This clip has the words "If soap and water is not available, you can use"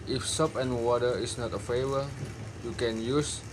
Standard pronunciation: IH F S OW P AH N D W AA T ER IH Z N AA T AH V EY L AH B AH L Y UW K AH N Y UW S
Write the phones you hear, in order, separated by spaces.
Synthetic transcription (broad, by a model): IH F S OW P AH N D W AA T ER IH S N AA T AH F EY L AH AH Y UW K AH N Y UW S